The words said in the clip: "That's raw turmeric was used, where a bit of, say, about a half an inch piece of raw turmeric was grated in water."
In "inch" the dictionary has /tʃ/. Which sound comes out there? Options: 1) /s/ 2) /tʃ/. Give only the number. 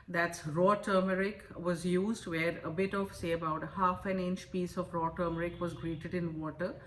2